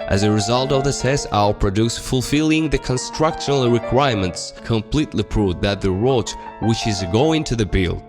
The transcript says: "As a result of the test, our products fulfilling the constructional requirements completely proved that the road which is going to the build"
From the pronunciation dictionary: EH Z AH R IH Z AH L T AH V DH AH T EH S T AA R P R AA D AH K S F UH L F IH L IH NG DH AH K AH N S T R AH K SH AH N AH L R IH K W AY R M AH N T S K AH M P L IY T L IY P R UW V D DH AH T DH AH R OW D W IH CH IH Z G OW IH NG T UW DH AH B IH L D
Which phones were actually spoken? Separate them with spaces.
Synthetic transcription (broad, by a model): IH Z AH R IH Z AH L T AH V DH AH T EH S AA L P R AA D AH S F UH L F IH L IH NG DH AH K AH N S T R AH K SH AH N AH L R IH K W AY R M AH N T S K AH M P L IY T L IY P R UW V DH AH T DH AH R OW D W IH CH IH Z G OW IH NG T UW DH AH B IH L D